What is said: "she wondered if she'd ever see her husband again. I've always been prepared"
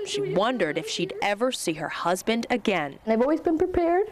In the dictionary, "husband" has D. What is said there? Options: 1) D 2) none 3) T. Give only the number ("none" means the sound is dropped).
1